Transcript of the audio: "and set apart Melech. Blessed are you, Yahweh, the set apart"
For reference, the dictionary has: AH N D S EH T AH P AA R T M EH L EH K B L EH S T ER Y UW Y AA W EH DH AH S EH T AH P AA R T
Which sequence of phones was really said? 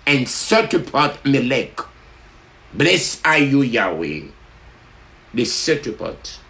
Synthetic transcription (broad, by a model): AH N S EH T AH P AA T M EH L EH K B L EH S AA Y UW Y AA W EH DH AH S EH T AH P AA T